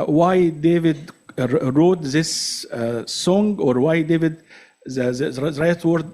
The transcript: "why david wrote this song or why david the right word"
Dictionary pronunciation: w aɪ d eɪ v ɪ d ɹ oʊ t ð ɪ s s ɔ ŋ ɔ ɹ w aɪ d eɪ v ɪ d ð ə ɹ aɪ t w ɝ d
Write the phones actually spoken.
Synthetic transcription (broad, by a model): w aɪ d eɪ v ɪ d ɹ oʊ t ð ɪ s s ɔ ŋ ɔ ɹ w aɪ d eɪ v ɪ d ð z ɹ aɪ t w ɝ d